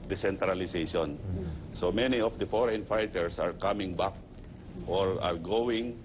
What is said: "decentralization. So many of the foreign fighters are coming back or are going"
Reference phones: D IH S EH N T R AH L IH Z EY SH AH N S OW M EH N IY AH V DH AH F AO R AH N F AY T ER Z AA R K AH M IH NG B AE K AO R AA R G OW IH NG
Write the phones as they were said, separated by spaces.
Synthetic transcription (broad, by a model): D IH S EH N T R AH L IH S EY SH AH N S OW M EH N IY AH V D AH F AO R AH N F AY T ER S AA R K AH M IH NG B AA K AO R AA R G OW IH NG